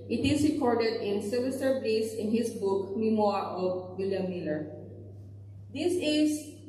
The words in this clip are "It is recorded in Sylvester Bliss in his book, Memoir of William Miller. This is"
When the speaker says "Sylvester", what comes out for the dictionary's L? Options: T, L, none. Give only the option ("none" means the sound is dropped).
none